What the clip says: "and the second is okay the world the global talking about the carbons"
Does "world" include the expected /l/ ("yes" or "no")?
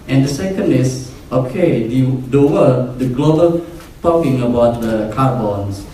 no